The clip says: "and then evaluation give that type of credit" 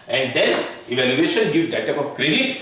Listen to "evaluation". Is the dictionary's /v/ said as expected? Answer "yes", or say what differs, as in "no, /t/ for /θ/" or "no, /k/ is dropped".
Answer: yes